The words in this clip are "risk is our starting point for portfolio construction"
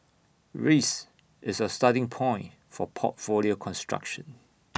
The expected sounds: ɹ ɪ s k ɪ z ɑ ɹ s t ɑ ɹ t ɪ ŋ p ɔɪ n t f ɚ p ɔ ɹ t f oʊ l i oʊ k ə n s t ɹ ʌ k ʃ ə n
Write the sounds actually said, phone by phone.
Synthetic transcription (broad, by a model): ɹ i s ɪ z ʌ s t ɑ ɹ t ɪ ŋ p ɔɪ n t f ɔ p ɔ t f oʊ l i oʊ k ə n s t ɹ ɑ k ʃ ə n